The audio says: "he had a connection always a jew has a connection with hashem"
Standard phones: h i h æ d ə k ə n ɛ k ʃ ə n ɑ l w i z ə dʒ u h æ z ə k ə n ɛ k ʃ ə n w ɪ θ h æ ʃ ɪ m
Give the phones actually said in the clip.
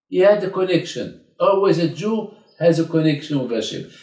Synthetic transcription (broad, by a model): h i h æ d ə k ə n ɛ k ʃ ə n ɑ l w i z ə dʒ u h æ z ə k ə n ɛ k ʃ ə n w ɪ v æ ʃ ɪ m